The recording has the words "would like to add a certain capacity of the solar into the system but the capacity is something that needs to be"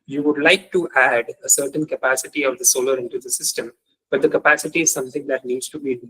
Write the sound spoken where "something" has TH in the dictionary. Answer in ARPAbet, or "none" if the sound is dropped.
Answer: T